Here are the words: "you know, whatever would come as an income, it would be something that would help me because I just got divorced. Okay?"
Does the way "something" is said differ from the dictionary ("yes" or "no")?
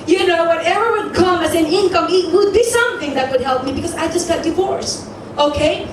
no